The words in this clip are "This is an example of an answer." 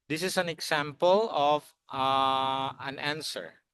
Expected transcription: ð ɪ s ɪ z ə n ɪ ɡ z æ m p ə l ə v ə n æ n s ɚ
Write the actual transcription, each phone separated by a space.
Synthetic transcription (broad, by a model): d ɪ s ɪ s ə n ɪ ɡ s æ m p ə l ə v ə n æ n s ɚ